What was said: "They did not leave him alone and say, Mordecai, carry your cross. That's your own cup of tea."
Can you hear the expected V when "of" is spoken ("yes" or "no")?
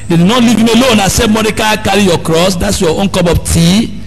no